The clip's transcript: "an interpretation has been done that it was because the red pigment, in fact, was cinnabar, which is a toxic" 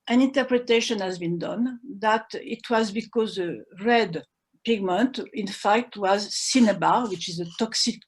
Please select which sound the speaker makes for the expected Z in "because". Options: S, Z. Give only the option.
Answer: Z